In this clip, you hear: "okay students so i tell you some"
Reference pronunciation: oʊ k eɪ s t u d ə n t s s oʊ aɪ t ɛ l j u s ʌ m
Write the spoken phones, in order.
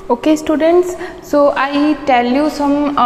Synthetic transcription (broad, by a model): oʊ k eɪ s t u d ə n t s s oʊ aɪ t ɛ l j u s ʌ m